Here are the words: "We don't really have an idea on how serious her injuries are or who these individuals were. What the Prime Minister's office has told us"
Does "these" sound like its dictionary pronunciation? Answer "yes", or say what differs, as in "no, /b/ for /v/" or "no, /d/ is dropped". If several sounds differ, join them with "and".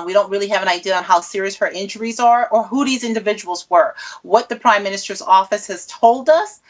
yes